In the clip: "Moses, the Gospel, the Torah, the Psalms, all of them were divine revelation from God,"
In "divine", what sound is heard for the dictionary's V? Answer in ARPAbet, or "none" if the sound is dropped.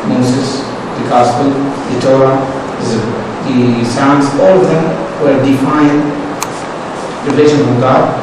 F